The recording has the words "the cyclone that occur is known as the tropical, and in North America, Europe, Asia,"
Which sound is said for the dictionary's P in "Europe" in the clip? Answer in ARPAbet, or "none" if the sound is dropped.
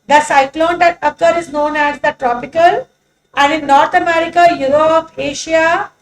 F